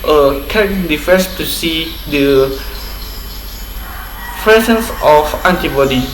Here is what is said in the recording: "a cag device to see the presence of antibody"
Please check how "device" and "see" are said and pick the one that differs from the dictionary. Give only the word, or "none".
device